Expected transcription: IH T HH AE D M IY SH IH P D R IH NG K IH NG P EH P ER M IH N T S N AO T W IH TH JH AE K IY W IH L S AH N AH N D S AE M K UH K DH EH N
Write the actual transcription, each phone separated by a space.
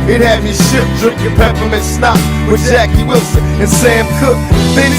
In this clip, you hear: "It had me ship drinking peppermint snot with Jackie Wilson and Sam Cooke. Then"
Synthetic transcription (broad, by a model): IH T HH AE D M IY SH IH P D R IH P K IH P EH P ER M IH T S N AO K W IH JH AE K IY W IH L S AH N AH N S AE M K UH K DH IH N